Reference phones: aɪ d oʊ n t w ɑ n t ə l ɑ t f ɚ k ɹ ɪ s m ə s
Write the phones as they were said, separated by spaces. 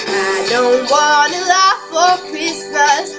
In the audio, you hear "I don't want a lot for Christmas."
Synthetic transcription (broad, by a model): aɪ d oʊ n t w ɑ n ə l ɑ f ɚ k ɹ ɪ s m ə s